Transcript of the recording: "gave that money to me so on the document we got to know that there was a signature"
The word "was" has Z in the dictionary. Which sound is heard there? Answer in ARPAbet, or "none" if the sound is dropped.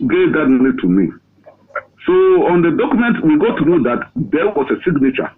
S